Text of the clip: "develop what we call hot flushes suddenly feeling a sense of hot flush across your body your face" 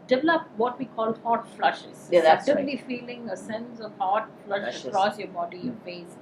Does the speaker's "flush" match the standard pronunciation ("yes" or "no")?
yes